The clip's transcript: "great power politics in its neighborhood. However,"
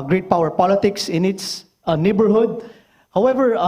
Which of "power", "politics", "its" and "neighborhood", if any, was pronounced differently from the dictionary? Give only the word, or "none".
none